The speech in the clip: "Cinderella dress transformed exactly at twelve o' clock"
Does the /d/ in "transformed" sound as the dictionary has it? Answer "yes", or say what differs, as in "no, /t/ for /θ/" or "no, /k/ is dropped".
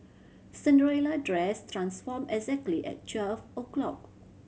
no, /d/ is dropped